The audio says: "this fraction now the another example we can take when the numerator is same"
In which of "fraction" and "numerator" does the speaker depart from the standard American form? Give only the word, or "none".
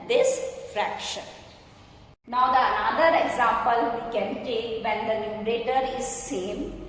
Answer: numerator